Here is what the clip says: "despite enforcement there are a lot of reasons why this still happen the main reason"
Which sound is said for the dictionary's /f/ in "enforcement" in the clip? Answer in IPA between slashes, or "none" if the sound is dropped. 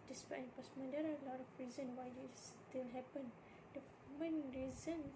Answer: /p/